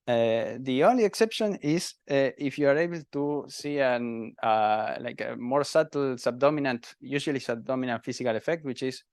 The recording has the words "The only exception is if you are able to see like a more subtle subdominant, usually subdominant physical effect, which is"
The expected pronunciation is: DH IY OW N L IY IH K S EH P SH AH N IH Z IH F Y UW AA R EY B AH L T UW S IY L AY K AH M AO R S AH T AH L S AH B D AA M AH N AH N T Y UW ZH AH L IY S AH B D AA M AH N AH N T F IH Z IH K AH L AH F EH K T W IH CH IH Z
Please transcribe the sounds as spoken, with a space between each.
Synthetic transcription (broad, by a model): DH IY OW N L IY IH K S EH P SH AH N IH S IH F Y UW AA R EY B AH L T UW S IY L AY K AH M AO R S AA T L S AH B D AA M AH N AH N T Y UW S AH L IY S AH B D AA M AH N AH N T F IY S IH K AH L AH F EH K T W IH CH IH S